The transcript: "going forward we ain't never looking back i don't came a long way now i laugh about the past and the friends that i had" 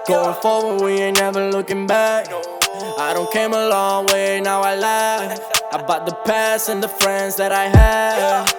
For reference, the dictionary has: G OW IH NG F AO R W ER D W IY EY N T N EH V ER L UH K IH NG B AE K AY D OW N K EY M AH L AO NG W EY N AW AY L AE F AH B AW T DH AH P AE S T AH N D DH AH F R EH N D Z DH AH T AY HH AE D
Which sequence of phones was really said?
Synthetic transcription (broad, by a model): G OW IH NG F AO R W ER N W IY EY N N EH V ER L UH K IH NG B AE K AY D OW N K EY M AH L AO NG W EY N AW AY L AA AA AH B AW T DH AH P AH S AH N DH AH F R EH N D Z DH AH T AY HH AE